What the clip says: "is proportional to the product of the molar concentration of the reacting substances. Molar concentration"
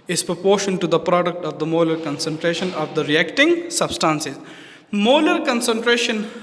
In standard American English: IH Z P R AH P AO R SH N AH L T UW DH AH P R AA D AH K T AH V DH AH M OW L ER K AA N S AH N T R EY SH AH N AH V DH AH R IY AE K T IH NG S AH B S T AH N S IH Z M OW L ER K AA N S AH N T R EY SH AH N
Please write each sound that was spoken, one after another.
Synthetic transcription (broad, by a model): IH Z P R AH P AO R SH AH N T UW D AH P R AA D AH K T AH V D AH M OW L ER K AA N S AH N T R EY SH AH N AH V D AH R IY AE K T IH NG S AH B S T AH N S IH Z M OW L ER K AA N S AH N T R EY SH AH N